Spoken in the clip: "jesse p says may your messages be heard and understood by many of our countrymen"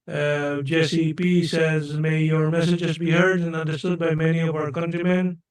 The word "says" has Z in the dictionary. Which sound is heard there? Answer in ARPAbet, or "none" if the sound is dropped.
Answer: Z